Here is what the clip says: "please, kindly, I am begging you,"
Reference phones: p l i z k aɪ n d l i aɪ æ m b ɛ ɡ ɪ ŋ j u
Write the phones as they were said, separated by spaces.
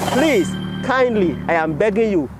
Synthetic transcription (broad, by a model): p l i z k aɪ n d l i aɪ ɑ m b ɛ ɡ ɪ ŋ j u